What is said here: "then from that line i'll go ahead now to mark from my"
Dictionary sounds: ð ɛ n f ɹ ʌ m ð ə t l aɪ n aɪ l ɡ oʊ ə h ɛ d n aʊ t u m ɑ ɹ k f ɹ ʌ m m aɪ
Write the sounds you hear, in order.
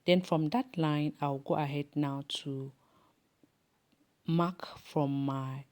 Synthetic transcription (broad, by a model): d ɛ n f ɹ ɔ m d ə t l aɪ n aɪ w ɡ oʊ ə h ɛ d n aʊ t u m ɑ k f ɹ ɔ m m aɪ